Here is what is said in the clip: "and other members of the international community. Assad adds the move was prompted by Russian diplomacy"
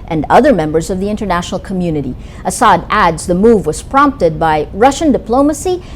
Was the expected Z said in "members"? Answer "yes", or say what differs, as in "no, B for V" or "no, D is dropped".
yes